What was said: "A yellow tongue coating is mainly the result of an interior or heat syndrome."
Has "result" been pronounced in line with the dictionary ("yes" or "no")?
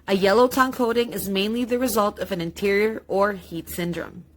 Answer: yes